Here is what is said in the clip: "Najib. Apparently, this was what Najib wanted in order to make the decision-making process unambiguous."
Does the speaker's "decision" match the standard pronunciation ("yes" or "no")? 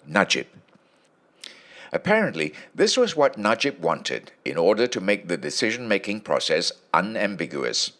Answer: yes